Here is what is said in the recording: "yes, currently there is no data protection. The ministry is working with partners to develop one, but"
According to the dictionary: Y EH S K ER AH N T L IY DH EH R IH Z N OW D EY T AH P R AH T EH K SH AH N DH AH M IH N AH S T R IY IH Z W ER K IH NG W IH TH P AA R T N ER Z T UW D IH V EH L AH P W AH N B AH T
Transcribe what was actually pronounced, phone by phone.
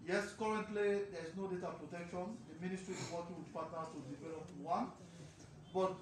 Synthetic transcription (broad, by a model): Y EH S K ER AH N T L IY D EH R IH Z N OW D EY T AH P R AH T EH K SH AH N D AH M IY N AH S T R IY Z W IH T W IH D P AA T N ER T UW D IH V EH L AH P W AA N B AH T